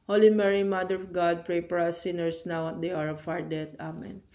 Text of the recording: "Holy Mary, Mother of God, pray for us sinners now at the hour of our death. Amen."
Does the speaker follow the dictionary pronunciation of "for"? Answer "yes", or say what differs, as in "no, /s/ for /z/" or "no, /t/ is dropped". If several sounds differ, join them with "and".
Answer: no, /p/ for /f/